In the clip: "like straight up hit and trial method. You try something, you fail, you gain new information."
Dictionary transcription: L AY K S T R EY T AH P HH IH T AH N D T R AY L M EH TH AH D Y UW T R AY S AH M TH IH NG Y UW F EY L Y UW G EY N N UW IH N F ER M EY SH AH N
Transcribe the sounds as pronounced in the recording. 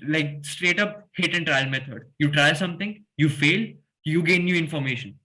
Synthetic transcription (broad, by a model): L AY K S T R EY T AH P HH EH T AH N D T R AY L M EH T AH D Y UW T R AY S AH M T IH NG Y UW F EY L Y UW G EY N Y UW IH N F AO M EY SH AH N